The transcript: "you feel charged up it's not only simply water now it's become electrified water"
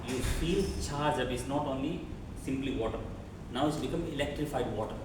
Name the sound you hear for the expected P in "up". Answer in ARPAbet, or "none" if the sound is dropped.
B